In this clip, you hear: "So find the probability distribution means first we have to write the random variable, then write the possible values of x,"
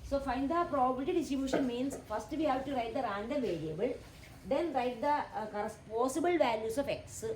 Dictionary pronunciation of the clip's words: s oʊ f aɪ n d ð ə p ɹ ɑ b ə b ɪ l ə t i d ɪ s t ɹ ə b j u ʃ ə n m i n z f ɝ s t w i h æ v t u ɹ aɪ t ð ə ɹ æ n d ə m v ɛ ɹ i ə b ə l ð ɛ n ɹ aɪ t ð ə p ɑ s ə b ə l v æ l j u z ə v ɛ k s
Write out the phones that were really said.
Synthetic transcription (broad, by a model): s oʊ f aɪ n d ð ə p ɹ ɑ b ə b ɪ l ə t i d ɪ s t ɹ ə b j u ʃ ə n m i n s f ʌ s t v i h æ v t u ɹ aɪ t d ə ɹ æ n d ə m v ɛ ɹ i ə b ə l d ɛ n ɹ aɪ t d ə p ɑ s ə b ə l v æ l j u s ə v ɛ k s